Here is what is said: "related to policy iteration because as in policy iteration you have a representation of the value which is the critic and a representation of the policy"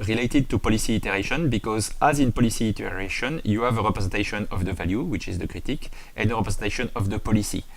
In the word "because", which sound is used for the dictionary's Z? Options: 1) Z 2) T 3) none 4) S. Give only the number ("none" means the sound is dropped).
1